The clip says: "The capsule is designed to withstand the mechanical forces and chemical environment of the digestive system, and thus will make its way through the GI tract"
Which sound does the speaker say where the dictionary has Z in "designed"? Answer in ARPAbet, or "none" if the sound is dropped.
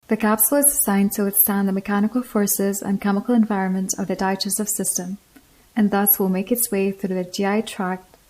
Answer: S